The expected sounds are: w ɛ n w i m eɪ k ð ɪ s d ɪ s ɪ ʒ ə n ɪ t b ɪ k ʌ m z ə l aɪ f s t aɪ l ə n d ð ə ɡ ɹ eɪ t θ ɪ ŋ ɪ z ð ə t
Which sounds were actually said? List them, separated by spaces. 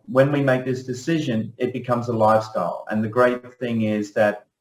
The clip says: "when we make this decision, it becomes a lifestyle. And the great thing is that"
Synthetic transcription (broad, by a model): w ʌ n w i m eɪ k ð ɪ s d ɪ s ɪ ʒ ə n ɪ t b ɪ k ʌ m z ə l aɪ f s t aɪ l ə n ð ə ɡ ɹ eɪ t θ ɪ ŋ ɪ z ð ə t